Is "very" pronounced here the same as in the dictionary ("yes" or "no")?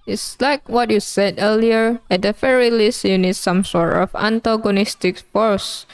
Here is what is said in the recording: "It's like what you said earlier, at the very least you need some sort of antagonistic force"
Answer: no